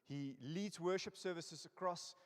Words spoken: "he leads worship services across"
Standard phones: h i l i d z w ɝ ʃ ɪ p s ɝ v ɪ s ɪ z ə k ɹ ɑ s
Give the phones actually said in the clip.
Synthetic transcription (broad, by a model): h i l i d z w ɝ ʃ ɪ p s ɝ v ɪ s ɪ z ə k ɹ ɑ s